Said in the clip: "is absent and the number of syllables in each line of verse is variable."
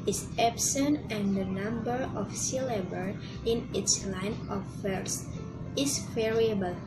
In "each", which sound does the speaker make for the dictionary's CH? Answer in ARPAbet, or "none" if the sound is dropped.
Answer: S